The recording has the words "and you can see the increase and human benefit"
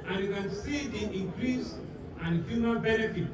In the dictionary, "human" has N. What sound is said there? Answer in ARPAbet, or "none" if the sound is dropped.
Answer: L